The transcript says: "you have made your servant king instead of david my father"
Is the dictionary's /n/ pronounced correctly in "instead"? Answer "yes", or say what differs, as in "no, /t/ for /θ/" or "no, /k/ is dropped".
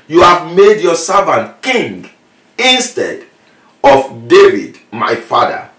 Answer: yes